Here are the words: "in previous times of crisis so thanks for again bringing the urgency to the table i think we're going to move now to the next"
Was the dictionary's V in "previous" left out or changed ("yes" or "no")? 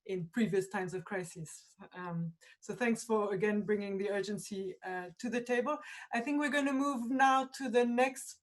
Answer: no